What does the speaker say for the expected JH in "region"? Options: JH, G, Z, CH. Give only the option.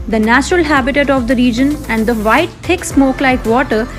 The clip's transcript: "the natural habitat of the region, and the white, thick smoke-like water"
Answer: JH